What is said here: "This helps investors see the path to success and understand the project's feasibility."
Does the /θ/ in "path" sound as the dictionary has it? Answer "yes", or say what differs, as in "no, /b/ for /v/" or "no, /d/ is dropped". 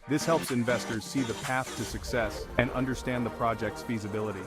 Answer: yes